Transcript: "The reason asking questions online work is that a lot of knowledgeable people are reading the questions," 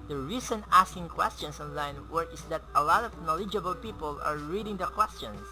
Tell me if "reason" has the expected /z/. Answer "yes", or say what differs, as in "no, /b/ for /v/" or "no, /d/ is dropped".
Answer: no, /s/ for /z/